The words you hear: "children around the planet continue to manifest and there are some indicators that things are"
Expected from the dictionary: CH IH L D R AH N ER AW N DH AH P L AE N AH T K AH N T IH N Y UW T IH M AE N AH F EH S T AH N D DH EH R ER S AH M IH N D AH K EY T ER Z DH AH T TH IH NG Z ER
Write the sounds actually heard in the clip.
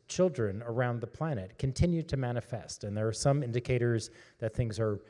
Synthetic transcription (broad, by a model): CH IH L D R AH N ER AW N DH AH P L AE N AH T K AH N T IH N Y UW T IH M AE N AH F EH S T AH N DH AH R S AH M IH N D AH K EY T ER Z DH AH T TH IH NG Z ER